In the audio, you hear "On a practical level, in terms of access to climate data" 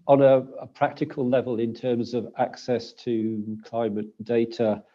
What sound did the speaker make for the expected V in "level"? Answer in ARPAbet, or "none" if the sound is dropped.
V